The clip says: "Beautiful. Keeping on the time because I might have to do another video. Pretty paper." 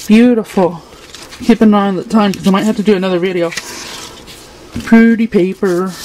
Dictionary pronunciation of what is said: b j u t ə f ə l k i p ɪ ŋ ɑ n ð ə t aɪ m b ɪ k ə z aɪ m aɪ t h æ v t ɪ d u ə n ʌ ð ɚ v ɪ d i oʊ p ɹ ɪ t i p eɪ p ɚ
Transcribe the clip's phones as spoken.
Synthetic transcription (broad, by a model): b j u t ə f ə l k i p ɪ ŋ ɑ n ð ə t aɪ m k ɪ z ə ɪ m aɪ t h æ f t ɪ d ə n ʌ ð ɚ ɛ ɪ d i oʊ p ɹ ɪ t i p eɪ p ɚ